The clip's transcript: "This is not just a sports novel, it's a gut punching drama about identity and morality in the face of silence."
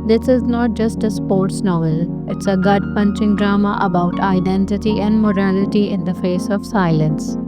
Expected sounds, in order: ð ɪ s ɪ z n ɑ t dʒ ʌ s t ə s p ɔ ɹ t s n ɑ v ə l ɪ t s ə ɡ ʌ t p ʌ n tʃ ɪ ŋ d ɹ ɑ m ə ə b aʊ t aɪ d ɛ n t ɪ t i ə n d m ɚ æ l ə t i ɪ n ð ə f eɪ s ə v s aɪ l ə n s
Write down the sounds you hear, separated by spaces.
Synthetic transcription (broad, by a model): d ɪ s ɪ z n ɑ t dʒ ʌ s t ə s p ɔ ɹ t s n ɑ v ə l ɪ t s ə ɡ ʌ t p ʌ n tʃ ɪ ŋ d ɹ ɑ m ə ə b aʊ t aɪ d ɛ n t ɪ t i ə n d m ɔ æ l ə t i ɪ n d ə f eɪ s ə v s aɪ l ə n s